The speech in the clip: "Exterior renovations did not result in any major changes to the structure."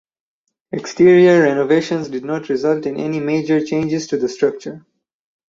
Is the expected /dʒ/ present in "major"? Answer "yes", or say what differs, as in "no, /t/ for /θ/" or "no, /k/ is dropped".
yes